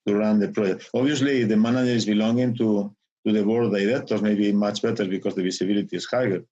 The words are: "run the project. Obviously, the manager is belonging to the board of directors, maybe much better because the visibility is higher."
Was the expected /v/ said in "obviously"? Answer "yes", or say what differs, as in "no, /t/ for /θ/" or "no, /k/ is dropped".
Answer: no, /v/ is dropped